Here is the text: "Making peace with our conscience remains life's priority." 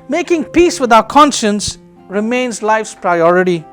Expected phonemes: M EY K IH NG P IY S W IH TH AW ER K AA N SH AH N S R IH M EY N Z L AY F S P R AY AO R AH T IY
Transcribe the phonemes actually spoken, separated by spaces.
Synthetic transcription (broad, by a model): M EY K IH NG P IY S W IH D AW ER K AA N SH AH N S R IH M EY N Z L AY F S P R AY AO R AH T IY